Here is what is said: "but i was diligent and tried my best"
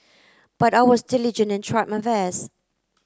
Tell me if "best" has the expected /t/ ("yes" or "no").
no